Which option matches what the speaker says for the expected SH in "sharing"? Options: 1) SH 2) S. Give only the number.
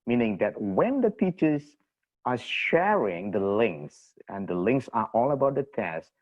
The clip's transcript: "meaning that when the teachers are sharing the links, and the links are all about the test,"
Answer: 1